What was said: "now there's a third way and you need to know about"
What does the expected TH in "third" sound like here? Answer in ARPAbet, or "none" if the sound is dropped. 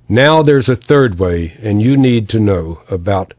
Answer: TH